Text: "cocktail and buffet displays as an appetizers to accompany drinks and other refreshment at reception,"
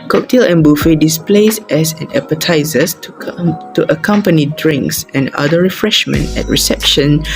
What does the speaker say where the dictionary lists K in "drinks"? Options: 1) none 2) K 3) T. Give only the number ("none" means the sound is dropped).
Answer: 2